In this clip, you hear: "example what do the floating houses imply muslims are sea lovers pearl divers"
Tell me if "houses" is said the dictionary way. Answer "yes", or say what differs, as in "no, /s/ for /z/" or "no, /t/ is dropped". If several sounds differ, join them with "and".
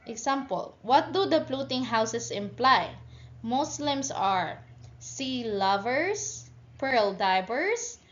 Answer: no, /s/ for /z/